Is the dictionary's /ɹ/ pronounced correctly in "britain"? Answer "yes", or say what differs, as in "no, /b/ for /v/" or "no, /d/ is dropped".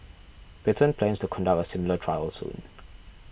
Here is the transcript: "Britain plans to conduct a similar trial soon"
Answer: no, /ɹ/ is dropped